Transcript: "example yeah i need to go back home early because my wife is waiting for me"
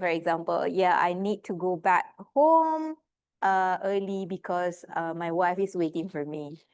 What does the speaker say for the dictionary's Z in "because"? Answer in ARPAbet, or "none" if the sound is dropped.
S